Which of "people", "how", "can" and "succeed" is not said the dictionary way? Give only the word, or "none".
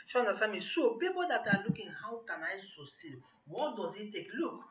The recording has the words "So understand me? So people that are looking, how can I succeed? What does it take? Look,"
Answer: succeed